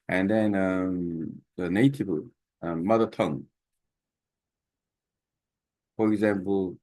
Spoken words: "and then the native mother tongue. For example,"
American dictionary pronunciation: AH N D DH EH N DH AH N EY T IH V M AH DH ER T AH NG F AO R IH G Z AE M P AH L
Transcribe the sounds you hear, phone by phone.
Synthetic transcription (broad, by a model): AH N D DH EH N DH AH N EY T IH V M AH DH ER T AH NG F AO R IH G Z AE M P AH L